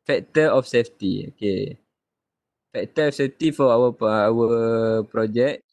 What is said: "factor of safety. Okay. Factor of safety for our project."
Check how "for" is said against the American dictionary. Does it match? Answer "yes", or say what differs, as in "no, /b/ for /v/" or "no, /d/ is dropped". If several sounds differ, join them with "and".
no, /w/ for /ɹ/